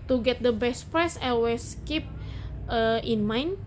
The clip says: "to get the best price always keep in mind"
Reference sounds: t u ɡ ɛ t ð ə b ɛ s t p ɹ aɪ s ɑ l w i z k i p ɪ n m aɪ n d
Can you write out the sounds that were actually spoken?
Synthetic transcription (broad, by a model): t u ɡ ɛ t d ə b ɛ s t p ɹ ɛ s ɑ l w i s k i p ɪ n m aɪ n